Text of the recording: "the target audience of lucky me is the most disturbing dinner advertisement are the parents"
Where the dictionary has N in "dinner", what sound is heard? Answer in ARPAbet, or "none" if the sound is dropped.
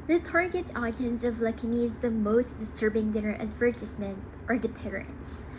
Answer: none